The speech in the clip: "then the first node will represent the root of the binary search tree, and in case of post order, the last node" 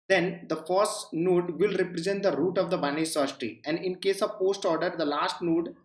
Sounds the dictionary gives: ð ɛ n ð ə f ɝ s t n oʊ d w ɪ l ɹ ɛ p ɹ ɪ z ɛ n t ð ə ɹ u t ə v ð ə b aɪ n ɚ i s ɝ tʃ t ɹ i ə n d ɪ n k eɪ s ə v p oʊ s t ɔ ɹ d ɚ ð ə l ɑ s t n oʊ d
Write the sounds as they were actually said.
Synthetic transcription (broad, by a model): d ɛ n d ə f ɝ s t n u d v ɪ l ɹ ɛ p ɹ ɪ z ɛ n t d ə ɹ u t ə v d ə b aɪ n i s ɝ ʃ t i ə n d ɪ n k eɪ s ə v p oʊ s t ɔ ɹ d ɚ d ə l ɑ s t n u d